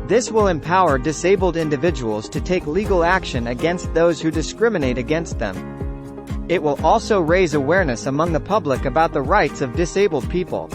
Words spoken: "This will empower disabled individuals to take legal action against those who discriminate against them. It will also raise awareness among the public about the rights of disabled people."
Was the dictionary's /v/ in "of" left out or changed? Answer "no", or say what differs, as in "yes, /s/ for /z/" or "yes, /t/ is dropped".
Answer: no